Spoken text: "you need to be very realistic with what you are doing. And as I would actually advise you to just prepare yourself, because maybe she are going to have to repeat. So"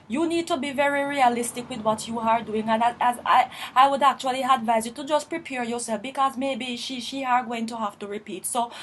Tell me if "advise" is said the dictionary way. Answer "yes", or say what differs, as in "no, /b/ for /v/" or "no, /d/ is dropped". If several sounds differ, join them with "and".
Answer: yes